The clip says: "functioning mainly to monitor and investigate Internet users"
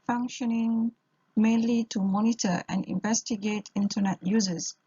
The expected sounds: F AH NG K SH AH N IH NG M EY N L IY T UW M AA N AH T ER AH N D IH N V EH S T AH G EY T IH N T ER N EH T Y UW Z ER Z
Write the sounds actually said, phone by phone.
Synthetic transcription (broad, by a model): F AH NG K SH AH N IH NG M EY N L IY T UW M AA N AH T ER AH N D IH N V EH S T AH G EY T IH N T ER N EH T Y UW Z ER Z